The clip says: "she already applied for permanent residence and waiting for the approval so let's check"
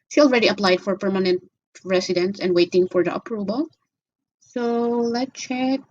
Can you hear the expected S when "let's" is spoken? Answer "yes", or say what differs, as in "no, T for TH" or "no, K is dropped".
no, S is dropped